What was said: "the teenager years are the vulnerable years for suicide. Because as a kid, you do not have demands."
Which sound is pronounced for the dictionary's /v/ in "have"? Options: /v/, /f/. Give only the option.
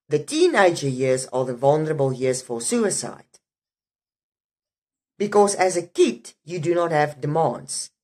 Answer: /v/